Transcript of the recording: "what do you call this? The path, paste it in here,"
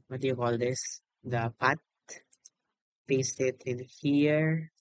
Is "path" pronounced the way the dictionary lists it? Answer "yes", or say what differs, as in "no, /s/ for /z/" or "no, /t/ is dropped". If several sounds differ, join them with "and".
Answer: no, /t/ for /θ/